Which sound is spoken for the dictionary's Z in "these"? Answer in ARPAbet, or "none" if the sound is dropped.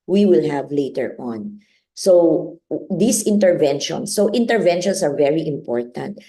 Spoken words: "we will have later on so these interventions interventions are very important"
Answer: S